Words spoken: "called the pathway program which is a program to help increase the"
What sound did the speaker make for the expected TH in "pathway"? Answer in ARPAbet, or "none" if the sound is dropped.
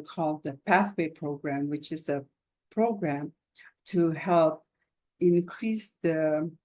TH